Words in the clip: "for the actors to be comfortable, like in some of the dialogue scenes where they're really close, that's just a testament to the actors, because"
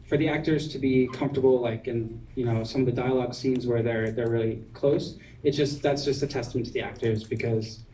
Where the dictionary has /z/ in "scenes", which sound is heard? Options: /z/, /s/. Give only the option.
/z/